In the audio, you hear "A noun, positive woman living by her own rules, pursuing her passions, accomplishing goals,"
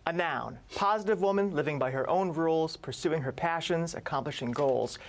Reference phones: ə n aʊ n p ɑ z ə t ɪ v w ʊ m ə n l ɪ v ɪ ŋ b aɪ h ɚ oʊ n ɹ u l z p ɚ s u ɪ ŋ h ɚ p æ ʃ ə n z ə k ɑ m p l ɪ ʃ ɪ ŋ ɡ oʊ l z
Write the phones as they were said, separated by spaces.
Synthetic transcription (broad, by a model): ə n aʊ n p ɑ z ə t ɪ v w ʊ m ə n l ɪ v ɪ ŋ b aɪ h ɚ oʊ n ɹ u l z p ɚ s u ɪ ŋ h ɚ p æ ʃ ə n z ə k ɑ m p l ɪ ʃ ɪ ŋ ɡ oʊ l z